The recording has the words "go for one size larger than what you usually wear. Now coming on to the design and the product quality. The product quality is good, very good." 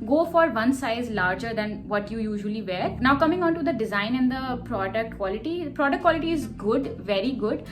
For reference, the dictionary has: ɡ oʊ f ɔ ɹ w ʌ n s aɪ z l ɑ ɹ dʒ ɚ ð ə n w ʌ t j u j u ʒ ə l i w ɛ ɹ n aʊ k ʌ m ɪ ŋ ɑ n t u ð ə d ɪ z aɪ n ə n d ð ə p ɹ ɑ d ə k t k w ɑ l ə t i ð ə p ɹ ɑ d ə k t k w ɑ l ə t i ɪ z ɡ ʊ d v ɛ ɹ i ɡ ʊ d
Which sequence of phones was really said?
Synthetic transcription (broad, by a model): ɡ oʊ f ɔ ɹ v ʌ n s aɪ z l ɑ ɹ dʒ ɚ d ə n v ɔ t j u j u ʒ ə l i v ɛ ɹ n aʊ k ʌ m ɪ ŋ ɑ n t u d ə d ɪ z aɪ n ə n d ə p ɹ ɑ d ə k t k w ɑ l ə t i p ɹ ɑ d ə k t k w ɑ l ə t i ɪ z ɡ ʊ d v ɛ ɹ i ɡ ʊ d